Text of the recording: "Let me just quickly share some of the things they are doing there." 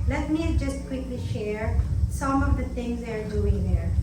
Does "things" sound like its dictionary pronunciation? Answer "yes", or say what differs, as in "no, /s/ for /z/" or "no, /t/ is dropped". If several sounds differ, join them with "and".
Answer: no, /t/ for /θ/